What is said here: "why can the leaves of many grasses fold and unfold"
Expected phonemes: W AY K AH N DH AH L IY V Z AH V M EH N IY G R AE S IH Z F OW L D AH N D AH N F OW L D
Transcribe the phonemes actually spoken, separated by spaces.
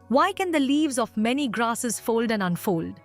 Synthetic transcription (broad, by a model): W AY K AH N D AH L IY V Z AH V M EH N IY G R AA S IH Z F OW L D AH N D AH N F OW L D